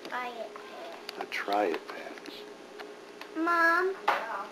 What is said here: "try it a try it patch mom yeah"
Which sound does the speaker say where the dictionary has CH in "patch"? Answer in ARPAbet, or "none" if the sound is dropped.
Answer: S